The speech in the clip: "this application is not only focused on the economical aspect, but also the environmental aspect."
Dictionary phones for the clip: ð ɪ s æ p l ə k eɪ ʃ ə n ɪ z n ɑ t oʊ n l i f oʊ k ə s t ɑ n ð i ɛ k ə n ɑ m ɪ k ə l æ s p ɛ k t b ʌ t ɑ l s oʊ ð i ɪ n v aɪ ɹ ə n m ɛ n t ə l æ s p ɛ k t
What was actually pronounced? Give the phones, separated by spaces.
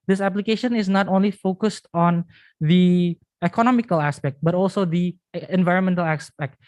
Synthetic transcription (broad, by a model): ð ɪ s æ p l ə k eɪ ʃ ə n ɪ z n ɑ t oʊ n l i f oʊ k ə s t ɑ n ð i ɛ k ə n ɑ m ɪ k ə l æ s p ɛ k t b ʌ t ɑ l s oʊ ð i ɪ n v aɪ ɹ ə n m ɛ n t ə l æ s p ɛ k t